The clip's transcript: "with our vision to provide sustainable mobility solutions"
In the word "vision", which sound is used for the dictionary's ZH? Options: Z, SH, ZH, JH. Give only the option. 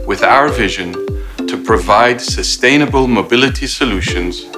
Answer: ZH